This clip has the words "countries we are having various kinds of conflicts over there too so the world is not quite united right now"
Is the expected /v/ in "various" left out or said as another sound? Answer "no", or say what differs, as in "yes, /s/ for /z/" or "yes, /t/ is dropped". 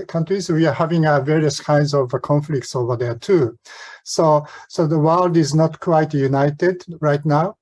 no